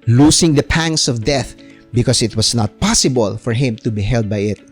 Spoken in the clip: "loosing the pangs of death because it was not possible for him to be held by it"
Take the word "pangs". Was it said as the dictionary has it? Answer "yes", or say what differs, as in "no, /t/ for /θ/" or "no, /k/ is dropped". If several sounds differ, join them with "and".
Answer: no, /s/ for /z/